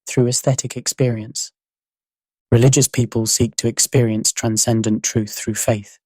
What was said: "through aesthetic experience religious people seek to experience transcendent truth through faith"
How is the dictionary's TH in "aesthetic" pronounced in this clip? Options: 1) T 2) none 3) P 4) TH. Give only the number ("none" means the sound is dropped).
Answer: 4